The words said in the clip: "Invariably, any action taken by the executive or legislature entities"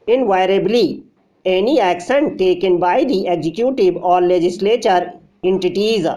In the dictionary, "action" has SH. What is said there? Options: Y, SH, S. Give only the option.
S